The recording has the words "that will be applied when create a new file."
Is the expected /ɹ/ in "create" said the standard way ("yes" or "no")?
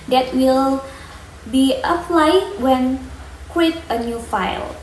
no